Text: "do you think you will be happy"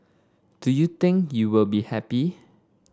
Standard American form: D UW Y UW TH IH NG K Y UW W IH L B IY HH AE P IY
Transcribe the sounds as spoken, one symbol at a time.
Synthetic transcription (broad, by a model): D UW Y UW T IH NG K Y UW W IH L B IY HH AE P IY